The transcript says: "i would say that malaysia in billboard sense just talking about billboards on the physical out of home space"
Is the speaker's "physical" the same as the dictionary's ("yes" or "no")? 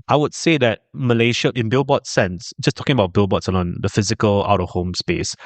yes